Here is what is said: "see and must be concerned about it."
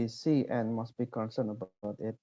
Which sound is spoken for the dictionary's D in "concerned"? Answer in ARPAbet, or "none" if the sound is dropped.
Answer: none